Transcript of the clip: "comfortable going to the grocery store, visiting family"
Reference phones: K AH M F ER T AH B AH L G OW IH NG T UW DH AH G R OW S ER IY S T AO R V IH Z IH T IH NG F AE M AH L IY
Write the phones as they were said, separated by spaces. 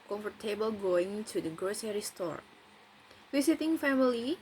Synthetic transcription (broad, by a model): K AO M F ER T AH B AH L G OW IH NG T UW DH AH G R OW S ER IY S T AO R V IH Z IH T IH NG F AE M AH L IY